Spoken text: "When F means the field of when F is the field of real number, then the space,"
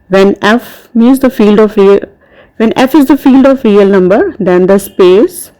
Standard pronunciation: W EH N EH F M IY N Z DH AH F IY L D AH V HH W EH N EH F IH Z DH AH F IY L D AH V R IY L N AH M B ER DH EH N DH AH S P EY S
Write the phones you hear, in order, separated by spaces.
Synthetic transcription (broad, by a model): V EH N EH F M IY Z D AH F IY L D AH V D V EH N EH F IH Z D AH F IY L D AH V R IY L N AH M B ER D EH N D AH S P EY S